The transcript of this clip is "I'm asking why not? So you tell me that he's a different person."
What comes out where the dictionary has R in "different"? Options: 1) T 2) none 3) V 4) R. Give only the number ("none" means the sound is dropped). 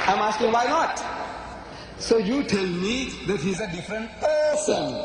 4